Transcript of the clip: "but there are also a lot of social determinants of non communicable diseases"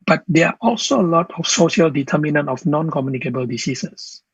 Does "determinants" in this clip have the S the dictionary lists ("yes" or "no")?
no